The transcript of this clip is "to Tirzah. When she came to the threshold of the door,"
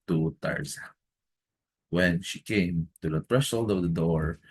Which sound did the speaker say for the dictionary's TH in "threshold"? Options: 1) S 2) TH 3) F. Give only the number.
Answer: 3